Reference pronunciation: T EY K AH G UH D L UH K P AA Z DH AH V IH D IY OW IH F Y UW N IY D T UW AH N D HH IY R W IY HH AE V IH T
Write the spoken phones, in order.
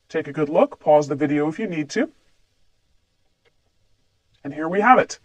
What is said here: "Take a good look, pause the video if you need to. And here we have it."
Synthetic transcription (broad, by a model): T EY K AH G UH D L UH K P AA Z DH AH V IH D IY OW IH F Y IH N IY D T UW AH N HH IY R W IY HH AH V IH T